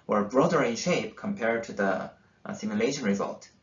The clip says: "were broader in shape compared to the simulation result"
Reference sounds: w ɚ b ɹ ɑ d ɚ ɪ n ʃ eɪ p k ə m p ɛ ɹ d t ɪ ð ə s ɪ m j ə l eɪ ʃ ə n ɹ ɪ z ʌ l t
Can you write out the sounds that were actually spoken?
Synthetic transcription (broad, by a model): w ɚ b ɹ ɑ d ɚ ɪ n ʃ eɪ p k ə m p ɛ ɹ d t ɪ ð ə s ɪ m j ə l eɪ ʃ ə n ɹ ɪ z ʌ l t